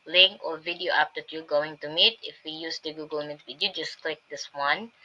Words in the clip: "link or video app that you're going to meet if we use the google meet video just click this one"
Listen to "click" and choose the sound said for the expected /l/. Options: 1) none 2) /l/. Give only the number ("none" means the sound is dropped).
2